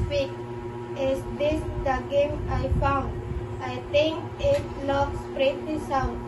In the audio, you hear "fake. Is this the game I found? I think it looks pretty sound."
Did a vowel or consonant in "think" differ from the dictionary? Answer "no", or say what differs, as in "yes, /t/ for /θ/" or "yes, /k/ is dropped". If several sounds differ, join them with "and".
yes, /t/ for /θ/